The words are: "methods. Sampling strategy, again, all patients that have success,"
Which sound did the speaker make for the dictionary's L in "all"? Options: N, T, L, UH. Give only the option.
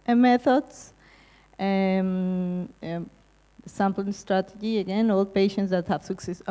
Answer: L